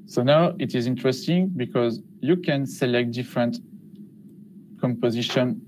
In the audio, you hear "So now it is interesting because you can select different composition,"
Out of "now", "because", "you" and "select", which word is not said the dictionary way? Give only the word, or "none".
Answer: none